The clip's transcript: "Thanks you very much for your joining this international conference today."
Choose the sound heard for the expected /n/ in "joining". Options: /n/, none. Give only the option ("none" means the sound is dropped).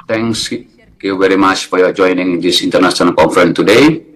/n/